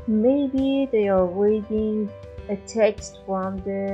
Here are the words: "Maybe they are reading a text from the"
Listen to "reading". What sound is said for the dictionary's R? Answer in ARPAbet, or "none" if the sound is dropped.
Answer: W